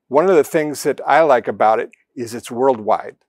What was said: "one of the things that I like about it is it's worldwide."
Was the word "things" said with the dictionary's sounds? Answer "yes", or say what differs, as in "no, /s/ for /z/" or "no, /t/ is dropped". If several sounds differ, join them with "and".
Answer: yes